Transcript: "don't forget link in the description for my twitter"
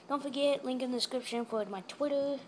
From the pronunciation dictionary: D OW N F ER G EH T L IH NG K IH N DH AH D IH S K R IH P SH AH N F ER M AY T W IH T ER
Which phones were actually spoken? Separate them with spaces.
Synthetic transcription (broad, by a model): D OW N F ER G EH T L IH NG K IH N DH AH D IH S K R IH P SH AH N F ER M AY T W IH T ER